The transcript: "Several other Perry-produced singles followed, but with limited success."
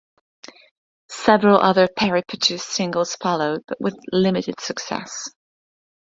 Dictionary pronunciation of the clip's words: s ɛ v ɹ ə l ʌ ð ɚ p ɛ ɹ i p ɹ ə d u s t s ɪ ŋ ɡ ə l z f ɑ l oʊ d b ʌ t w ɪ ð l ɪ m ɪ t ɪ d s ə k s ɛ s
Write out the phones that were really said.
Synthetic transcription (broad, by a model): s ɛ v ɹ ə l ʌ ð ɚ p ɛ ɹ i p ə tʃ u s s ɪ ŋ ɡ ə l z f ɑ l oʊ d b ʌ t w ɪ ð l ɪ m ɪ t ɪ d s ə k s ɛ s